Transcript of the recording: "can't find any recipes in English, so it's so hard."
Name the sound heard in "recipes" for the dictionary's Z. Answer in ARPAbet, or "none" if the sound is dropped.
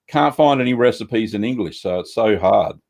Z